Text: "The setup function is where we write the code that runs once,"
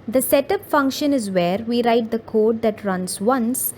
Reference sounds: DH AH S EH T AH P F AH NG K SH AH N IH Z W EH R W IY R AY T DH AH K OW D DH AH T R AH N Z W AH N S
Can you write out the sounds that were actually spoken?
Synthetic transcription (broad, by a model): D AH S EH T AH P F AH NG K SH AH N IH Z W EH R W IY R AY T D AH K OW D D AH T R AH N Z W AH N S